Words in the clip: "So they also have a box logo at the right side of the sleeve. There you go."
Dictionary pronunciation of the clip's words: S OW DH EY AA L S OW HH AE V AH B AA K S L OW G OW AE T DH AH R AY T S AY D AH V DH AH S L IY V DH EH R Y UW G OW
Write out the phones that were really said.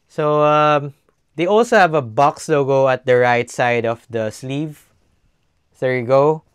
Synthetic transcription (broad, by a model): S OW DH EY AA L S OW HH AE V AH B AA K S L OW G OW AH T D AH R AY T S AY D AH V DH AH S L IY V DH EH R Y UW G OW